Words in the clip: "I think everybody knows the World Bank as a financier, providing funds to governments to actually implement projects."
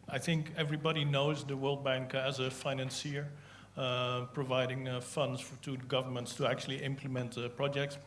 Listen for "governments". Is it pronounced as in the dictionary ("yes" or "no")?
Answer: yes